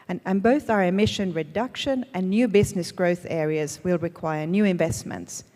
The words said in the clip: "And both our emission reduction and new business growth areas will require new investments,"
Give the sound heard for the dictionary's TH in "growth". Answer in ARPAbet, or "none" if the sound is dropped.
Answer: TH